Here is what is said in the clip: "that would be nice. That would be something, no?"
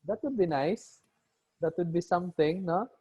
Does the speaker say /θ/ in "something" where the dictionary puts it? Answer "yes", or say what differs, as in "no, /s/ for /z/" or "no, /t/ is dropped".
no, /t/ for /θ/